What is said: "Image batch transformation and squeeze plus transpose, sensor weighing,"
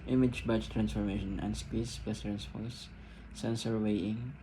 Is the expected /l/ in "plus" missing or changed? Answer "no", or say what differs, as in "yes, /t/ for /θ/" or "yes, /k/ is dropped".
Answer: yes, /l/ is dropped